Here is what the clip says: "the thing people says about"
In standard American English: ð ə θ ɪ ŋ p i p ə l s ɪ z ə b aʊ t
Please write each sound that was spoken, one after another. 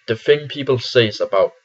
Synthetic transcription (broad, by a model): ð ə f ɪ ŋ p i p ə l s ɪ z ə b aʊ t